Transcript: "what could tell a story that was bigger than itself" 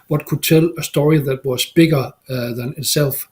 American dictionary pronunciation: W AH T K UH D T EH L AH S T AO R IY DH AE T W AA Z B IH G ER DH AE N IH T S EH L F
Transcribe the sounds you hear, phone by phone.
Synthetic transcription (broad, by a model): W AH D K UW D S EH L AH S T AO R IY DH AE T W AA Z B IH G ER DH AE N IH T S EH L F